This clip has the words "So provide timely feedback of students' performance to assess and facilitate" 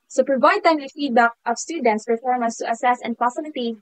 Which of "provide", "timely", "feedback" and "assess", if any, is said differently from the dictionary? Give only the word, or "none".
timely